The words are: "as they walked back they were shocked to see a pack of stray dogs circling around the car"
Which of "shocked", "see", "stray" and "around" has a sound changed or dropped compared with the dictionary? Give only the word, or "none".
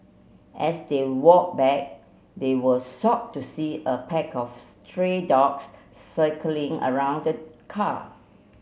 shocked